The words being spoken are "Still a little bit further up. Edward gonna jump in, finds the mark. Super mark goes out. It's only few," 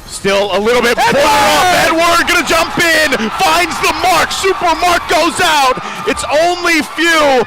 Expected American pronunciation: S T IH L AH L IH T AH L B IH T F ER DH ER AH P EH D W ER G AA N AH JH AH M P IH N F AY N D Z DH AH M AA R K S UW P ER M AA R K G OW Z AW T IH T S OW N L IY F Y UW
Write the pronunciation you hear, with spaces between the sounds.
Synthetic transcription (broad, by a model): S T IH L AH L IH T L B IH T P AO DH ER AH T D W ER G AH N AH JH AH M P IH N F AY N D Z DH AH M AA R K S UW P ER M AA R K G OW Z AW T IH T S OW N L IY F Y UW